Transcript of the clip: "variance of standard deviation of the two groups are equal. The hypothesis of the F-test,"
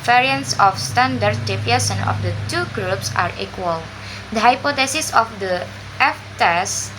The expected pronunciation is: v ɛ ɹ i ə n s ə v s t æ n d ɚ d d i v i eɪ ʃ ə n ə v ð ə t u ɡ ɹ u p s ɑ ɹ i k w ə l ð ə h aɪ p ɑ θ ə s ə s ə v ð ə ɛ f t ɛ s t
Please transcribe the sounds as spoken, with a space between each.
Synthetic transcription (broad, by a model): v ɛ ɹ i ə n s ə f s t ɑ n d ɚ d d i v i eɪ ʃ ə n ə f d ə t u ɡ ɹ u p s ɑ ɹ i k w ə l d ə h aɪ p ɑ t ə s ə s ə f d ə ɛ f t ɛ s